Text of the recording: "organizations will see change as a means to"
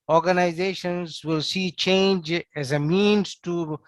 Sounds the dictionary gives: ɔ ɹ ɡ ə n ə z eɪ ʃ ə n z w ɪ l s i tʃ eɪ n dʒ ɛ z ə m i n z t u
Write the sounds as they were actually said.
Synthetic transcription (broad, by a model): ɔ ɹ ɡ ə n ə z eɪ ʃ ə n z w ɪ l s i tʃ eɪ n dʒ ɛ z ə m i n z t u